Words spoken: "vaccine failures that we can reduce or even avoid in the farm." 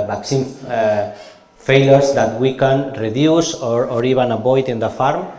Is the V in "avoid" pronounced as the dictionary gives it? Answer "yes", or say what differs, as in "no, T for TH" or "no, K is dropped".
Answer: no, B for V